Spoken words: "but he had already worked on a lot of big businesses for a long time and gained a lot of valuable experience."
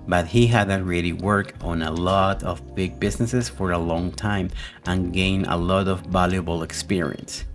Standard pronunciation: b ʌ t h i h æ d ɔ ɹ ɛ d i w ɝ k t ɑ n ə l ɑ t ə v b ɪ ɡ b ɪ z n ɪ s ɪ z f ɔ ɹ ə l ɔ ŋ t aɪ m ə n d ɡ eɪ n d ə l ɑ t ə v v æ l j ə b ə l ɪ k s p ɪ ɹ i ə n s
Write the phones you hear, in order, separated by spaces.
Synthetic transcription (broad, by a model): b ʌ t h i h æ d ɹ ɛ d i w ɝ k ɑ n ə l ɑ t ə v b ɪ ɡ b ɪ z n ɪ s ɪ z f ɔ ɹ ə l ɔ ŋ t aɪ m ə n ɡ eɪ n ə l ɑ t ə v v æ l j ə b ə l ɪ k s p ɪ ɹ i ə n s